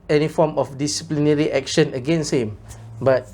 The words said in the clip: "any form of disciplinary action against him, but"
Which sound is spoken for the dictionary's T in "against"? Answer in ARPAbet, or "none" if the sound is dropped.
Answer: none